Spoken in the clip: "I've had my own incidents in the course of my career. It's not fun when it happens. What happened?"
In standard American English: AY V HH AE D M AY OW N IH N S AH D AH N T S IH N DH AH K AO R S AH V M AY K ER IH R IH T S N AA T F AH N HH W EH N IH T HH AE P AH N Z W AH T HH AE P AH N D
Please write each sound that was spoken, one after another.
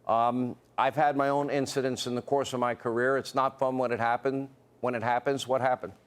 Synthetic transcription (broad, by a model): AY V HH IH D M AY OW N IH N S AH D AH N T S IH N DH AH K AO R S AH V M AY K ER IH R IH T S N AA T F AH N HH W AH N IH T HH AE P AH N Z W AH T HH AE P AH N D